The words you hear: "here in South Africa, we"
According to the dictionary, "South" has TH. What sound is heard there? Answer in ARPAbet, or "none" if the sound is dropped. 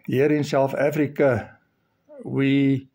F